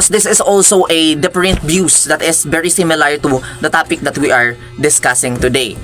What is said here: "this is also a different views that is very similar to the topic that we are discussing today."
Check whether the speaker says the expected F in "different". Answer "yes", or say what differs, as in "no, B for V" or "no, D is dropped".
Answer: no, P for F